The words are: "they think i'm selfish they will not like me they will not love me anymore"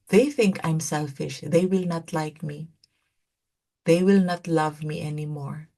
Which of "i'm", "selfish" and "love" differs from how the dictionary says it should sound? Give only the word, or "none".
none